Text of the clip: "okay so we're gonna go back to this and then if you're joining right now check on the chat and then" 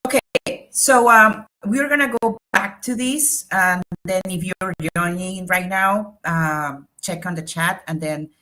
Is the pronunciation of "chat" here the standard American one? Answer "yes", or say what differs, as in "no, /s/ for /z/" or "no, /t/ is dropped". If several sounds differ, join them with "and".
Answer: yes